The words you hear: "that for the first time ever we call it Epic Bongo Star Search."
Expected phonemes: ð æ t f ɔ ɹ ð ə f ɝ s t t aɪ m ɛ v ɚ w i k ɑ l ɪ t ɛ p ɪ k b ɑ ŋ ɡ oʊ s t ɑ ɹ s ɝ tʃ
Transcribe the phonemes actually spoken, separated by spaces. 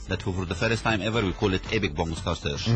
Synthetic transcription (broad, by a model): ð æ t f ɔ ɹ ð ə f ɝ s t t aɪ m ɛ v ɚ w i k ɑ l ɪ t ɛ b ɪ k b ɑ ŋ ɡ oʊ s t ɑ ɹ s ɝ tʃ